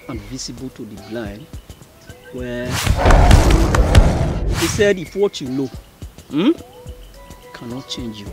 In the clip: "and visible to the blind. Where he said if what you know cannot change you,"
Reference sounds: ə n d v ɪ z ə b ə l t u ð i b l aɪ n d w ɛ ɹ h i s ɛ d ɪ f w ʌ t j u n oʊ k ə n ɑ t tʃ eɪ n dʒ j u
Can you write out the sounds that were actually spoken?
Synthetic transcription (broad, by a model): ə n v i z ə b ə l t u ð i b l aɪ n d w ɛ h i s ɛ d ɪ f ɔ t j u l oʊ k ə n ɑ t tʃ eɪ n dʒ j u